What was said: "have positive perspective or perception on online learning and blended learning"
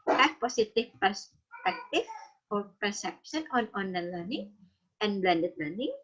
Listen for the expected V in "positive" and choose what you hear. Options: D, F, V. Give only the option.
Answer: F